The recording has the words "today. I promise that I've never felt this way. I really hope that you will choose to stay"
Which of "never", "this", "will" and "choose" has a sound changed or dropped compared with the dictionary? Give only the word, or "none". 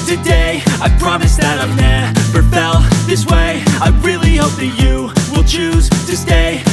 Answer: never